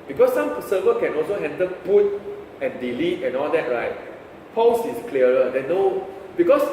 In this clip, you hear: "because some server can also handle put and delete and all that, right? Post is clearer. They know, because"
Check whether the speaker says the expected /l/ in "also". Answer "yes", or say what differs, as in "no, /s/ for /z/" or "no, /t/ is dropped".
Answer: yes